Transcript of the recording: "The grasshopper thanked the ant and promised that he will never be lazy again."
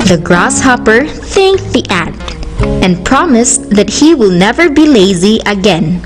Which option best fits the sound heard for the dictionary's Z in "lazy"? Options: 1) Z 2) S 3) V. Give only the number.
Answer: 1